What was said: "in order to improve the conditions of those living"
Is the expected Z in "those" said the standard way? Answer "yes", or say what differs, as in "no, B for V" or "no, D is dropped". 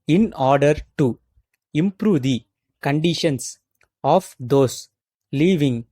no, S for Z